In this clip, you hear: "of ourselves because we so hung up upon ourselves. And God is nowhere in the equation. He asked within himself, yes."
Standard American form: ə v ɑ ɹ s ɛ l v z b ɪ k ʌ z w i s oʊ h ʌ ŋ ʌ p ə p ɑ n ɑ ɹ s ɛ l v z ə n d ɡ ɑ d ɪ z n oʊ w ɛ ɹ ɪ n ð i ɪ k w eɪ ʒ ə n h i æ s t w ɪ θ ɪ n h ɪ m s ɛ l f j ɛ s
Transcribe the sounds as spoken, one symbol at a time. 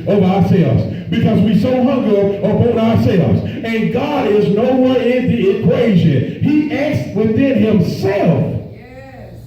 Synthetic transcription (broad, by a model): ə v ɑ ɹ s ɛ l v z b ɪ k ʌ z w i s oʊ h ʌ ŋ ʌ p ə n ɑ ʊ ɑ ɹ s ɛ l v z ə n ɡ ɑ d ɪ z n oʊ w ɛ ɹ ɪ n ð i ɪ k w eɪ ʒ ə n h i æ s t w ɪ θ ɪ n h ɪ m s ɛ l f